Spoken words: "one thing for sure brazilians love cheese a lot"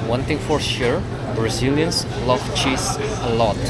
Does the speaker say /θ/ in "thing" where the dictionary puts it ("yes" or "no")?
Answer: no